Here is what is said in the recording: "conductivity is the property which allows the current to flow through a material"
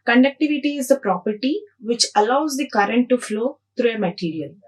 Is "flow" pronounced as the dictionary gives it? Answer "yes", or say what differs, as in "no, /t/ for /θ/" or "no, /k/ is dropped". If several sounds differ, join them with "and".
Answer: yes